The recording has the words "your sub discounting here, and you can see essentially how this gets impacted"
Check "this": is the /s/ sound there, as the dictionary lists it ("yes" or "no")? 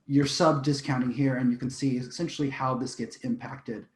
yes